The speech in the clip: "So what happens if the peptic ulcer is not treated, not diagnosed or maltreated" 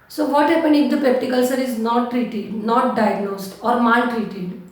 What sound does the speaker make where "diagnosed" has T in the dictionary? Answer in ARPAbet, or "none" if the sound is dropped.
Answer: T